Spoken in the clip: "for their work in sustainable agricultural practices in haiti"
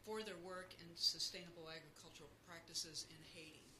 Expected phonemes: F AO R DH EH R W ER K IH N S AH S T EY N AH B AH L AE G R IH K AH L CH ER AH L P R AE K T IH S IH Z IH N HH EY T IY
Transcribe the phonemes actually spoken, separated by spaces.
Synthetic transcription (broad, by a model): F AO R DH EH R W ER K IH N S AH S T EY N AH B L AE G R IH K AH L CH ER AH L P R AE K T IH S IH Z IH N HH EY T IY